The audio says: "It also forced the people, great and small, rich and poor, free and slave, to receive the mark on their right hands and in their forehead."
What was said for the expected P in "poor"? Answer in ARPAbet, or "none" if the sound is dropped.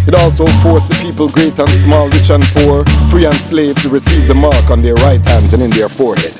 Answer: P